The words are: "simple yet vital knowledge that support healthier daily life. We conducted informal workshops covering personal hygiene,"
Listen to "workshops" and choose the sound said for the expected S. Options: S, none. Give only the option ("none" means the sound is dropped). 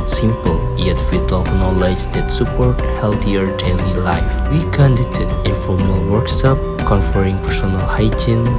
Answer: none